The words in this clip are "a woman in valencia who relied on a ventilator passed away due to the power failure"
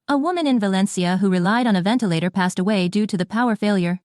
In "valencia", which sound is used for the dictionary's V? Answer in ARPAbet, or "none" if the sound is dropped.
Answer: V